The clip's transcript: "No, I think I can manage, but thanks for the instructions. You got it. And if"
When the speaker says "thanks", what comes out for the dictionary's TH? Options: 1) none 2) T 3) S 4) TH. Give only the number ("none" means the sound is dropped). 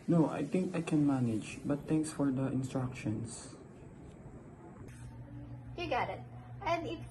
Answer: 2